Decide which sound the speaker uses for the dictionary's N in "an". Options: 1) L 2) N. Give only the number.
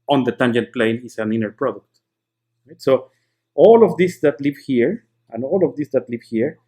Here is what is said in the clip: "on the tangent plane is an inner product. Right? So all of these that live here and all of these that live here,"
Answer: 2